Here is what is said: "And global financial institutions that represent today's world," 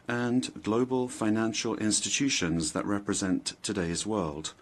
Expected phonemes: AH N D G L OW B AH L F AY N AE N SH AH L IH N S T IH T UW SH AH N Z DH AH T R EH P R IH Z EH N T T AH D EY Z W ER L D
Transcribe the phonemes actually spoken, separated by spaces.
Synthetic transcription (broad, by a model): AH N G L OW B AH L F AY N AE N SH AH L IH N S T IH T UW SH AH N Z DH AH T R EH P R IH Z EH N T T AH D EY Z W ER L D